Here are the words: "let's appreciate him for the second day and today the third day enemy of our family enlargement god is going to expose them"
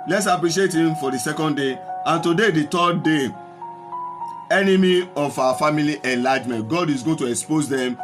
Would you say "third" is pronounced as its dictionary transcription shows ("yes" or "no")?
no